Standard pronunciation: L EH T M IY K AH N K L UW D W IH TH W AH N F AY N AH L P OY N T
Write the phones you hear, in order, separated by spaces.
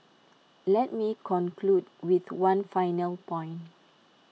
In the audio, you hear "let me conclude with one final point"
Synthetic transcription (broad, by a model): L EH T M IY K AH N K L UW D W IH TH W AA N F AY N AH L P OY N